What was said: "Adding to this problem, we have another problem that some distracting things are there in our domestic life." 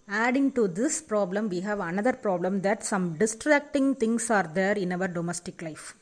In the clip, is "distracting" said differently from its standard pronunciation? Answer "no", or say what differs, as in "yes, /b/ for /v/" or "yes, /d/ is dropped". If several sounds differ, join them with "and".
no